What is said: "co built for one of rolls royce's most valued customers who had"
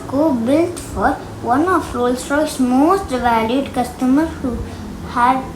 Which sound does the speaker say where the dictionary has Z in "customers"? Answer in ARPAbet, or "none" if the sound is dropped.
none